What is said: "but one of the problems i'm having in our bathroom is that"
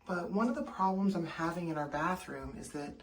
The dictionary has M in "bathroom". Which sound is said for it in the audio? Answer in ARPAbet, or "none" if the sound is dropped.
M